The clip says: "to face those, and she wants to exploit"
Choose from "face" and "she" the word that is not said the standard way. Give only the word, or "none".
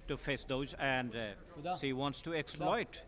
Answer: she